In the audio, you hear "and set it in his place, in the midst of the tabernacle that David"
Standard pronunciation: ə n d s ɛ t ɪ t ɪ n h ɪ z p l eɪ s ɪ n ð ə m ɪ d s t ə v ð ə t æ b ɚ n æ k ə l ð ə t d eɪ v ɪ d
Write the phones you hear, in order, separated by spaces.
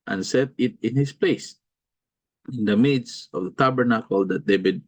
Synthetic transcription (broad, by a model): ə n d s ɛ t ɪ t ɪ n h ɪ s p l eɪ s ɪ n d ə m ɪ d s ə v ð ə t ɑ b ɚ n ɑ k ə l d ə t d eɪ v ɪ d